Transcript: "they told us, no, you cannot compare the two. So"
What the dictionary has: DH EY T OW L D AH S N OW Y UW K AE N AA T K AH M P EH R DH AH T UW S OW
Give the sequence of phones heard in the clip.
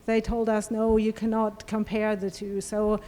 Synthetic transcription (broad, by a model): DH EY T OW L D AH S N OW Y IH K AE N AA T K AH M P EH R DH AH T UW S OW